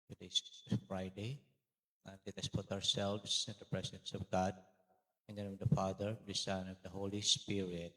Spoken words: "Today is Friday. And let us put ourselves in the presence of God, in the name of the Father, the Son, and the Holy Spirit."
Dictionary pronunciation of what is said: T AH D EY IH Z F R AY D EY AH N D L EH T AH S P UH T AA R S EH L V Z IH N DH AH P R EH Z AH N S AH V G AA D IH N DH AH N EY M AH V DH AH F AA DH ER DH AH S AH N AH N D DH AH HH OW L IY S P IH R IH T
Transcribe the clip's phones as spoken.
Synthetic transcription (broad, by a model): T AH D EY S F R AY D EY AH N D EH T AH S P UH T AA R S EH L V S IH N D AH P R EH S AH N S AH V G AA D IH N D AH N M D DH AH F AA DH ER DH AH S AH N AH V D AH HH OW L IY S P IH R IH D